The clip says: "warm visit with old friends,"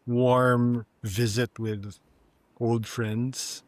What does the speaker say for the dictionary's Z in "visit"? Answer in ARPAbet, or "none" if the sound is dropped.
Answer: Z